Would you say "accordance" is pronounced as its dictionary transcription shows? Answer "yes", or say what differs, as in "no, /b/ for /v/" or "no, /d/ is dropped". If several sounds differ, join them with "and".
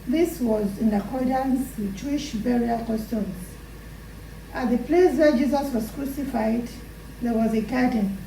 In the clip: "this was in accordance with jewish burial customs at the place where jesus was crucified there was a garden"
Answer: yes